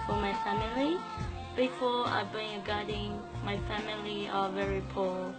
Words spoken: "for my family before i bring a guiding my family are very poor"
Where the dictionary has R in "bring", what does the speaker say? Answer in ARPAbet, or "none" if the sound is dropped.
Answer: none